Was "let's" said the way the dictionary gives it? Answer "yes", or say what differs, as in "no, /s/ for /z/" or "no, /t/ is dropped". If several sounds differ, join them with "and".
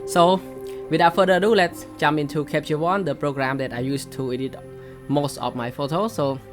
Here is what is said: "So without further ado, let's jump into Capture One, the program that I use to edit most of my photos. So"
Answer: yes